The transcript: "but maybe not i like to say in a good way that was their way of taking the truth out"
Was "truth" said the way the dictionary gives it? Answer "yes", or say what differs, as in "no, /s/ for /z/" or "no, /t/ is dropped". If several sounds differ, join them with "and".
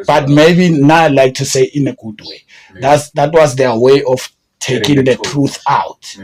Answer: yes